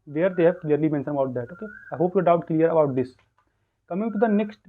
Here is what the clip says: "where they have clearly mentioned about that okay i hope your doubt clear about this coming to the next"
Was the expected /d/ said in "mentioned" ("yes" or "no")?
no